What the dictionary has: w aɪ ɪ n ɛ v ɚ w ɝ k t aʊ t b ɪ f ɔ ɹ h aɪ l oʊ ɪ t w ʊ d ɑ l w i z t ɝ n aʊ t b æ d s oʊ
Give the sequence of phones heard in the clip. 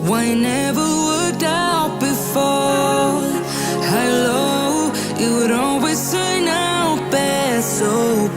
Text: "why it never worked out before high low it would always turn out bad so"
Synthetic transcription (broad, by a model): w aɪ ɪ n ɛ v ɚ w ɝ k t aʊ t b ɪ f ɔ h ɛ l oʊ ɪ t w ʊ d ɑ l w i z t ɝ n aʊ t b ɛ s oʊ